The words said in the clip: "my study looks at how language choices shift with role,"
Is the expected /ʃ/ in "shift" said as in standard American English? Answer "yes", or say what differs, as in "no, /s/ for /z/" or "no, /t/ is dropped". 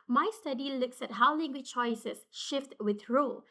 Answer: yes